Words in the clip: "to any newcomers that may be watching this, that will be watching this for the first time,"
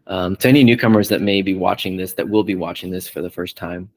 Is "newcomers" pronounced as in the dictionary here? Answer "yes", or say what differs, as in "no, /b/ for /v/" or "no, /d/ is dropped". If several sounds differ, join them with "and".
yes